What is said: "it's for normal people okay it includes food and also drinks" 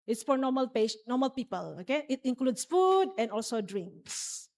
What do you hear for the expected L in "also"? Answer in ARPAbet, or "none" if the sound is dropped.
L